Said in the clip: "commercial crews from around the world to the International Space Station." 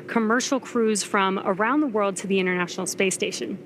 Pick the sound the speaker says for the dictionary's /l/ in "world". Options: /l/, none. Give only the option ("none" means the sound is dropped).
/l/